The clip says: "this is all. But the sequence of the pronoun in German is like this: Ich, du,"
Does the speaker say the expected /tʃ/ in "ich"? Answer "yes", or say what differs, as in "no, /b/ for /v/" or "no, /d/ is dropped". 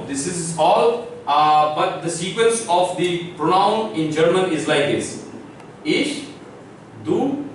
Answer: no, /ʃ/ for /tʃ/